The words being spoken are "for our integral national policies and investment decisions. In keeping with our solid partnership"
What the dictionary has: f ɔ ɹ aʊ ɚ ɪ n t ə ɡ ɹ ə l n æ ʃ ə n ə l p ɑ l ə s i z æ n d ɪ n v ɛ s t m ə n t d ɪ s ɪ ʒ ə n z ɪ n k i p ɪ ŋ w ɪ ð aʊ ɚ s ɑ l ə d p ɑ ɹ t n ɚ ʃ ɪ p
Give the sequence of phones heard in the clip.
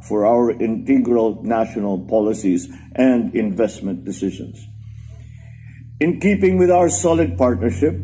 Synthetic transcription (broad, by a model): f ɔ ɹ aʊ ɚ ɪ n t ə ɡ ɹ ə l n æ ʃ ə n ə l p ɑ l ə s i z æ n d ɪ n v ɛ s t m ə n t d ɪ s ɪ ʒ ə n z ɪ n k i p ɪ ŋ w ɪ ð aʊ ɚ s ɑ l ə d p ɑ ɹ t n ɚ ʃ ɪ p